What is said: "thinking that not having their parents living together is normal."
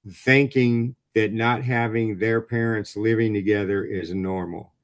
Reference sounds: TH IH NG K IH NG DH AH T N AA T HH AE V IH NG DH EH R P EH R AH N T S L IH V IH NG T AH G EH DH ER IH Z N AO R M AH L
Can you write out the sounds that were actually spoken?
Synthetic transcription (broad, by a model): TH IH NG K IH NG DH AH T N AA T HH AE V IH NG DH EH R P EH R AH N T S L IH V IH NG T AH G EH DH ER IH Z N AO R M L